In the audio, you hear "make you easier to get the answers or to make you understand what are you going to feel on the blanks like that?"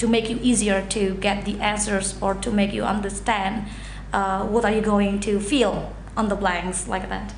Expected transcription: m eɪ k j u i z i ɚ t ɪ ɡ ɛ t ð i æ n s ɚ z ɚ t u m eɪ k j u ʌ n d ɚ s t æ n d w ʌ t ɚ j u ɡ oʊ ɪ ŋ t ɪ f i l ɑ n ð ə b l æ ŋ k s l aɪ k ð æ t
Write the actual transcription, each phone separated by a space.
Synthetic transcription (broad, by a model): m eɪ k j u i z i ɚ t ɪ ɡ ɛ t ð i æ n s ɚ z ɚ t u m eɪ k j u ʌ n d ɚ s t æ n d w ʌ t ɚ j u ɡ oʊ ɪ ŋ t ɪ f i l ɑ n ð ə b l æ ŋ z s l aɪ k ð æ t